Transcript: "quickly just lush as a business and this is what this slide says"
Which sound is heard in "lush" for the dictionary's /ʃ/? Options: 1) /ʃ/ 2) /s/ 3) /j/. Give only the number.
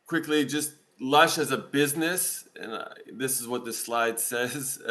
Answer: 1